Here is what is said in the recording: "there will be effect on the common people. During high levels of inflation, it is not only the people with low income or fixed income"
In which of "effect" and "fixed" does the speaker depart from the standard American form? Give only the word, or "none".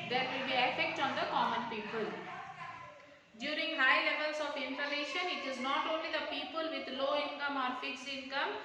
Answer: fixed